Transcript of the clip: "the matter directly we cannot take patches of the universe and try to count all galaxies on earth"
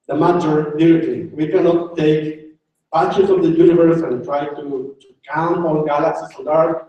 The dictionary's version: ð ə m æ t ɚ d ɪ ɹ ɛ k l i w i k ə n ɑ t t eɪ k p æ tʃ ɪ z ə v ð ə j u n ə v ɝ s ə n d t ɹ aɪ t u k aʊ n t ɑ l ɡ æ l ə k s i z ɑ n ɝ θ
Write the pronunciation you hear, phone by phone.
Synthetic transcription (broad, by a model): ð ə m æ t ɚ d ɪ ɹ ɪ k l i w i k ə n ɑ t t eɪ k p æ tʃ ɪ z ə v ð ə j u n ə v ɝ s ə n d t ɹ aɪ t u k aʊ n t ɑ n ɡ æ l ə k s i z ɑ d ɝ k